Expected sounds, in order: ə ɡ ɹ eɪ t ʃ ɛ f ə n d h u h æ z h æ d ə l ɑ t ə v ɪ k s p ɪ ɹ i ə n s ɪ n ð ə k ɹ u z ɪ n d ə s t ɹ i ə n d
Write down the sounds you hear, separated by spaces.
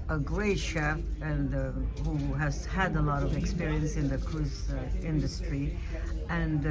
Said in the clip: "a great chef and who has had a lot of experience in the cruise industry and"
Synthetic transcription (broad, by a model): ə ɡ ɹ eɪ ʃ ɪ ə n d h u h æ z h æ d ə l ɑ t ə v ɪ k s p ɪ ɹ i ə n s ɪ n ð ə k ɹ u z ɪ n d ə s t ɹ i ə n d